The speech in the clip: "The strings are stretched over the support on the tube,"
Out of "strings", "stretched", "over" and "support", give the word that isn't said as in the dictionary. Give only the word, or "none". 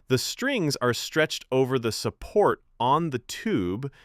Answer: none